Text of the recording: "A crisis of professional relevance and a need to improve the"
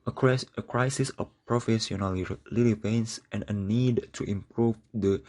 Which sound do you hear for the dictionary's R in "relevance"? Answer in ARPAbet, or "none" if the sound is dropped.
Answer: L